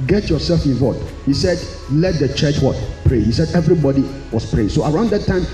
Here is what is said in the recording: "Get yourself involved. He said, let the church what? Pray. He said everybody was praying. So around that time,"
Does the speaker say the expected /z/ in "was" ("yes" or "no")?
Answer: no